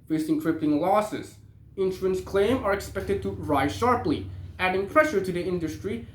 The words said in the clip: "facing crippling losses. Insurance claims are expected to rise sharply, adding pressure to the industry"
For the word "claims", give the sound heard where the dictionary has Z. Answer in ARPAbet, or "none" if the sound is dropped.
none